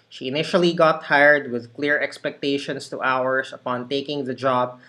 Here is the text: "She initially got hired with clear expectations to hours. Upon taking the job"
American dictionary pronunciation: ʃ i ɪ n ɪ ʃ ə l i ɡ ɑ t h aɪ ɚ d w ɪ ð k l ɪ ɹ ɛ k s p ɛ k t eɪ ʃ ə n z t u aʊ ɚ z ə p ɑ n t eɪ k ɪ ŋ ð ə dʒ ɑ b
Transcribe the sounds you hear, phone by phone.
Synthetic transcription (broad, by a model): ʃ i ɪ n ɪ ʃ ə l i ɡ ɑ t h aɪ ɚ d w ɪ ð k l ɪ ɹ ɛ k s p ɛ k t eɪ ʃ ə n s t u aʊ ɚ s ə p ɑ n t eɪ k ɪ ŋ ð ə dʒ ɑ b